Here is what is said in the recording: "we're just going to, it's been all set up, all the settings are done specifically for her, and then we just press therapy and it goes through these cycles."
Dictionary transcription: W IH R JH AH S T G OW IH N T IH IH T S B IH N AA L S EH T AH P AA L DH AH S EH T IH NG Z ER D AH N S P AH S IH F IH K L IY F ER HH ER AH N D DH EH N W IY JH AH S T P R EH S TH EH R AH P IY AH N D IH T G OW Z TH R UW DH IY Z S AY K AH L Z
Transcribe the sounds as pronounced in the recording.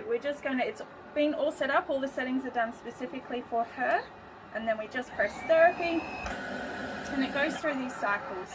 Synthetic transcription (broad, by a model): W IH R JH AH S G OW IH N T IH IH T S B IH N AA L S EH T AH P AA L DH AH S EH T IH NG Z ER D AH N S P AH S IH F IH K L IY F ER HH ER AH N DH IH N W IY JH AH S P R EH S TH EH R AH P IY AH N IH T G OW Z TH R UW DH IY Z S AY K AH L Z